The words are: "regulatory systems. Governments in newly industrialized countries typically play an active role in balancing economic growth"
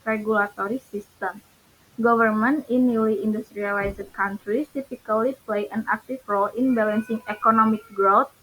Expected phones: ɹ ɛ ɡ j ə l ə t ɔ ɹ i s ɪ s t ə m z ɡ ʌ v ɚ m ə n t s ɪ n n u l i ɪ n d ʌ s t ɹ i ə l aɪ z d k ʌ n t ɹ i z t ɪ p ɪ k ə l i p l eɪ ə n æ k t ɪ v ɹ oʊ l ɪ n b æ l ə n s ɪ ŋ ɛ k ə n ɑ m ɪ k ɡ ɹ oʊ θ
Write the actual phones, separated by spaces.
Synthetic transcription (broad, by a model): ɹ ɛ ɡ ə l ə t ɔ ɹ i s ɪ s t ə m ɡ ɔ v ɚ m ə n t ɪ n n u l i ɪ n d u s t ɹ i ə l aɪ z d k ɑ n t ɹ i s t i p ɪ k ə l i p l eɪ ə n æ k t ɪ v ɹ oʊ l ɪ n b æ l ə n s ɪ ŋ ɛ k ə n ɑ m ɪ k ɡ ɹ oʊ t